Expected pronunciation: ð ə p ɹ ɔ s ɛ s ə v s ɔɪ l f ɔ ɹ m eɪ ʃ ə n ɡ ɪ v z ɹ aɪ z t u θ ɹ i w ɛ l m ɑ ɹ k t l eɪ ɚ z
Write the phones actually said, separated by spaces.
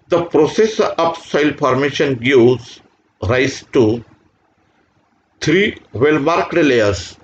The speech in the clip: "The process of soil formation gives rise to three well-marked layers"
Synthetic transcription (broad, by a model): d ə p ɹ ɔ s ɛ s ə p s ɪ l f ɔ ɹ m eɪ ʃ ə n ɡ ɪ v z ɹ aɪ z t u t ɹ i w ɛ l m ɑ ɹ k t l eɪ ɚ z